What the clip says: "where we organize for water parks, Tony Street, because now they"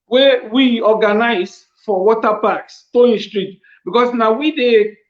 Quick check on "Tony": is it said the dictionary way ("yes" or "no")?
no